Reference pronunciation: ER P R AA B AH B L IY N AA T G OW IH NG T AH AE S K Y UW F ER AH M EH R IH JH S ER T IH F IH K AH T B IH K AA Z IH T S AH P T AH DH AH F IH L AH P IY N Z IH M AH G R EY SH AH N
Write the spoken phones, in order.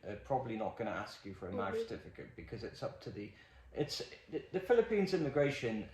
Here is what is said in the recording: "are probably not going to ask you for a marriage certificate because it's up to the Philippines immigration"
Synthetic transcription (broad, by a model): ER P R AA B AH B L IY N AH T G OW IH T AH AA S K Y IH F ER AH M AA IH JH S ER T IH F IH K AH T B IH K AA Z IH T S AH P T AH DH AH F IH L AH P IY N Z IH M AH G R EY SH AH N